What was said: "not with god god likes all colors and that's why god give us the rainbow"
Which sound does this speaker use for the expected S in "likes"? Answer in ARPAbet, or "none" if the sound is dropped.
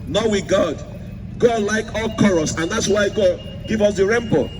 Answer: none